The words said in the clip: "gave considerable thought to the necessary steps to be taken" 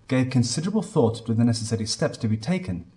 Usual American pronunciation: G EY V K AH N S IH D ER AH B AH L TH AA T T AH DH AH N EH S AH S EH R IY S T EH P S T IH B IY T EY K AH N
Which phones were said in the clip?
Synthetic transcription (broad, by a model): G EY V K AH N S IH D ER AH B AH L TH AA T T AH DH AH N EH S AH S EH R IY S T EH P S T IH B IY T EY K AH N